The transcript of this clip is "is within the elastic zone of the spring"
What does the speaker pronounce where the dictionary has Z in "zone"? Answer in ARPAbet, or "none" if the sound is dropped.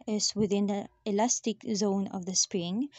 Z